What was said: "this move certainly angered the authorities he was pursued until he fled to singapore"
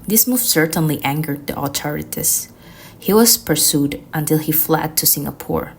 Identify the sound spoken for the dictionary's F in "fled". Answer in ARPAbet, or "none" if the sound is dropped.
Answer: F